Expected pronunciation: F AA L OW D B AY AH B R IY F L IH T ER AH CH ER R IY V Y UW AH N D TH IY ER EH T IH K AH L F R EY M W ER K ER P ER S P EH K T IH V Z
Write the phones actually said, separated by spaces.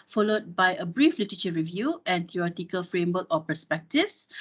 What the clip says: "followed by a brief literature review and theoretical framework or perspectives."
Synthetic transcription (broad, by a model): F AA L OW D B AY AH B R IY F L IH T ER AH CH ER R IY V Y UW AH N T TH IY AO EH T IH K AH L F R EY M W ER K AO P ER S P EH K T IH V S